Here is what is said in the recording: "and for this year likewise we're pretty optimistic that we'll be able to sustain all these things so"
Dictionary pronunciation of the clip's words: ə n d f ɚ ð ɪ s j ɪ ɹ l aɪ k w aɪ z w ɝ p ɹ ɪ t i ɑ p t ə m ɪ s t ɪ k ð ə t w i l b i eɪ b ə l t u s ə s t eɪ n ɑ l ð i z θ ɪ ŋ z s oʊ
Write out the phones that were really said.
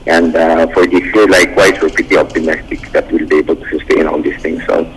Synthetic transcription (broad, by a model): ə n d f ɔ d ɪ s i l aɪ k w aɪ s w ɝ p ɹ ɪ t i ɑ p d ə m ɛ s t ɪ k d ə t w i l b i eɪ b ə l t u s ə s t eɪ n ɑ l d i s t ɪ ŋ s oʊ